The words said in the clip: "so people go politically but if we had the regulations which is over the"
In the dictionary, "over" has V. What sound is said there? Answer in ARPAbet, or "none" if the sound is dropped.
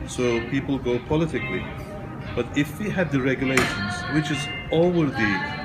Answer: none